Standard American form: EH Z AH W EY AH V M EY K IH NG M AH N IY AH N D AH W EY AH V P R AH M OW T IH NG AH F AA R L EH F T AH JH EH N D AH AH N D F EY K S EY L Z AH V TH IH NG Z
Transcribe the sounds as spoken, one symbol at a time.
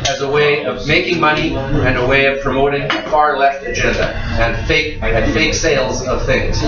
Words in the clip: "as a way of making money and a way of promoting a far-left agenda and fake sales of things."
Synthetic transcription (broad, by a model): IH Z AH W EY AH V M EY K IH NG M AH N IY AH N AH W EY AH V P R AH M OW T IH NG F AA R L EH F T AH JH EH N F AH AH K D F EY K S EY L Z AH V TH IH NG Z